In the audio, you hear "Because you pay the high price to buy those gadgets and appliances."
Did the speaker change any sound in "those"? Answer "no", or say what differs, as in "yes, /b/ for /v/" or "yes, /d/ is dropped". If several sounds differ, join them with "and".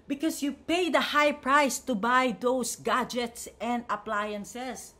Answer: yes, /s/ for /z/